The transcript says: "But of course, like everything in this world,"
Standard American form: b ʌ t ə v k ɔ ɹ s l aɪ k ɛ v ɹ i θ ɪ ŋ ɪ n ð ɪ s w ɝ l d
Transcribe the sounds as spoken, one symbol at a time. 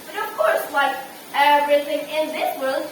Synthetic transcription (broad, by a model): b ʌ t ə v k ɔ ɹ s w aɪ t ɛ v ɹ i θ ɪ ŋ ɪ n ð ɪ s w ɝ l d